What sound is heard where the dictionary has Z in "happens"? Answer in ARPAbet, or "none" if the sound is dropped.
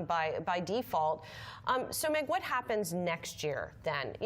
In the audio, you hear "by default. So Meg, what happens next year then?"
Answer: Z